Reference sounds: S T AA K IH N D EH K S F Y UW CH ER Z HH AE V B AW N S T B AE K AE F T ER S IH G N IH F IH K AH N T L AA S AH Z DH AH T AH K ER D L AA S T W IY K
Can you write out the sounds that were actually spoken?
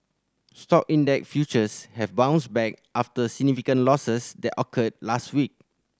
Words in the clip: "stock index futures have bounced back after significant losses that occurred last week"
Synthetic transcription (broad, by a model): S T AA K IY N D EH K F Y UW CH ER S HH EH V B AW N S B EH K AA F T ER S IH G N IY F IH K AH N L AA S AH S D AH T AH K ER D L AA S T W IY K